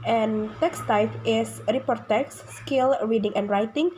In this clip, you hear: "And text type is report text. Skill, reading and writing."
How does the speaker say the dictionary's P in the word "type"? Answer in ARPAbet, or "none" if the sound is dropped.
F